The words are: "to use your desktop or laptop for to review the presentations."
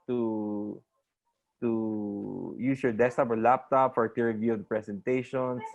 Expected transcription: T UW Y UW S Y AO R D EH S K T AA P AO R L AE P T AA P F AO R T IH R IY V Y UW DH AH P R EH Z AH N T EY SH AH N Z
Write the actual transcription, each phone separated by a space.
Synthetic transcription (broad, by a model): T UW Y UW S Y AO R D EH S T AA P AO R L AE P T AA P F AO R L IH R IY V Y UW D P R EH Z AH N T EY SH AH N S